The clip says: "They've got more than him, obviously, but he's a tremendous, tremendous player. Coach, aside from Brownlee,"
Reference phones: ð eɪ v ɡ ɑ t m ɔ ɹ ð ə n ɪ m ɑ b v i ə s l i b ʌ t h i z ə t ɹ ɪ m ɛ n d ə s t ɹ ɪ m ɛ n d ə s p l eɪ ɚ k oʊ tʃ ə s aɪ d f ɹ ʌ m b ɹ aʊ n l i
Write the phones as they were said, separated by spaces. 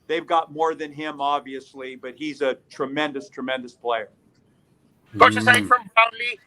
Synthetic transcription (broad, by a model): ð eɪ v ɡ ɑ t m ɔ ɹ ð ə n ɪ m ɑ b v i ə s l i b ʌ t h i z ə t ɹ ɪ m ɛ n d ə s t ɹ ɪ m ɛ n d ə s p l eɪ ɚ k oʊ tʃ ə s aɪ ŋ f ɹ ʌ m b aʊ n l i